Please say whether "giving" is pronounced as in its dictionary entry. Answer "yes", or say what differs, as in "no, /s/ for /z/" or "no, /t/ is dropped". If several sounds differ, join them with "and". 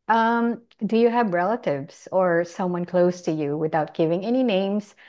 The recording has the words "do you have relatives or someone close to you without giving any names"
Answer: yes